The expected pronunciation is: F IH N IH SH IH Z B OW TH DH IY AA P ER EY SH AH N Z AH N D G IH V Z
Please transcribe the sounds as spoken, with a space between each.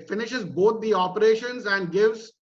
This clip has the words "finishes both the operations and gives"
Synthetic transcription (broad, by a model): F IH N IH SH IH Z B OW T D IY AA P ER EY SH AH N Z AH N D G IH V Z